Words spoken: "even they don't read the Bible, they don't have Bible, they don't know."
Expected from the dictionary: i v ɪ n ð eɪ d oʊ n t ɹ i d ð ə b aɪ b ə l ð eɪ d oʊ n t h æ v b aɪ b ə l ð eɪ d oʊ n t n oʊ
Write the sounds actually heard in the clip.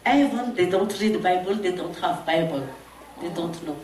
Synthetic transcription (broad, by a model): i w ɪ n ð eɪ d oʊ n t ɹ i d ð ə b aɪ b ə l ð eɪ d oʊ n t h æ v b aɪ b ə l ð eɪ d oʊ n t n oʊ